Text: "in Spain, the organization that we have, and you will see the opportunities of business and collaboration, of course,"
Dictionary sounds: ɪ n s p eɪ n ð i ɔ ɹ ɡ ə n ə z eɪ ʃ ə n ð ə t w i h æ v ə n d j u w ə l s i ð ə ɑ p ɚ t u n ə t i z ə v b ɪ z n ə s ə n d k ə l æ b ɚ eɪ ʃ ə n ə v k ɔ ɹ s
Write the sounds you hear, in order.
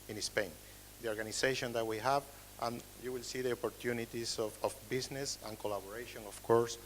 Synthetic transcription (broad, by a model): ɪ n s p eɪ n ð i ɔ ɹ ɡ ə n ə s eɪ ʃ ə n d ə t w i h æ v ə n j u w ə l s i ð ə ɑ p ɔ t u n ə t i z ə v b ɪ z n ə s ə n k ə l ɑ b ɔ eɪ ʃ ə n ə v k ɔ ɹ s